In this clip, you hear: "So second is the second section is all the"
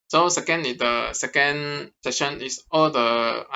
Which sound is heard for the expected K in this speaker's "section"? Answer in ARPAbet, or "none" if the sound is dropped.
none